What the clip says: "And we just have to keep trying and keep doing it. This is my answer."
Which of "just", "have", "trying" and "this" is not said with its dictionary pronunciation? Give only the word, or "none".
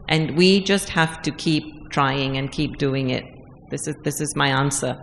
have